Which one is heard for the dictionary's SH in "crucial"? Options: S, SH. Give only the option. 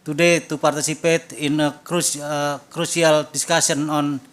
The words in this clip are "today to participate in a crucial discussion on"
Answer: S